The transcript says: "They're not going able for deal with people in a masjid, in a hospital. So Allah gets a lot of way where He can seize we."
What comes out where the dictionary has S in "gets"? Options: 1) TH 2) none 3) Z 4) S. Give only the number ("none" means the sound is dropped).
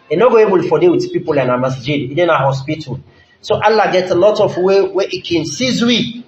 2